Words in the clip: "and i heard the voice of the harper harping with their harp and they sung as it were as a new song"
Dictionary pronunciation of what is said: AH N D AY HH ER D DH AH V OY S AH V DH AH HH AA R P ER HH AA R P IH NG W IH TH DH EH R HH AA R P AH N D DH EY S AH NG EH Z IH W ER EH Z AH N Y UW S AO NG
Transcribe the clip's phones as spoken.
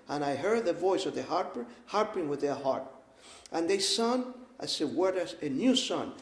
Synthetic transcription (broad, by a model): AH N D AY HH ER D DH AH V OY S AH V DH AH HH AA R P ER HH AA R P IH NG W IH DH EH R HH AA R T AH N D DH EY S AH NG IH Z IH W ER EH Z AH N Y UW S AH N